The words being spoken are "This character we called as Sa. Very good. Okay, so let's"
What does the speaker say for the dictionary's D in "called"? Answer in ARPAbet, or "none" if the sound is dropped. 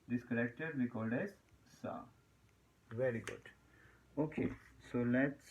D